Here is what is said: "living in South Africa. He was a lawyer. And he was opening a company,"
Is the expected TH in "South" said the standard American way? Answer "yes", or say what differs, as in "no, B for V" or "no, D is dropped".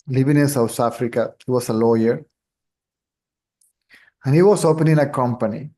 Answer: no, T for TH